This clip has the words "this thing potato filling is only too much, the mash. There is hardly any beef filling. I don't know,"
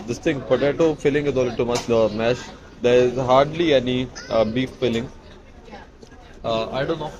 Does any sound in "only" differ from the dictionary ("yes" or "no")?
yes